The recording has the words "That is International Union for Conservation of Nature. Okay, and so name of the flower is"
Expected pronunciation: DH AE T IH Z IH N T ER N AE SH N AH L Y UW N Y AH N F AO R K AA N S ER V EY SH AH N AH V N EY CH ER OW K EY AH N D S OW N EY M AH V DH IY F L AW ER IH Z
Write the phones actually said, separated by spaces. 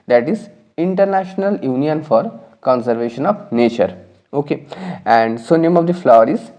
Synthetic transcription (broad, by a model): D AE T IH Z IH N T ER N AE SH N AH L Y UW N Y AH N F AO R K AA N S ER V EY SH AH N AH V N EY CH ER OW K EY AH N D S OW N EY M AH V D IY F L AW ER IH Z